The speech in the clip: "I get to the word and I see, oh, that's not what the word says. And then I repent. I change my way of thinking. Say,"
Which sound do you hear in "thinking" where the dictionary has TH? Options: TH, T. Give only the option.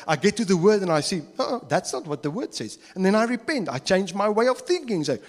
TH